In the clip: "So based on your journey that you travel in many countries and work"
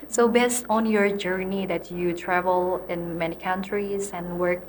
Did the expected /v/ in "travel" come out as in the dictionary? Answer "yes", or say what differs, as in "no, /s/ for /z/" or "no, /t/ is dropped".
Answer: yes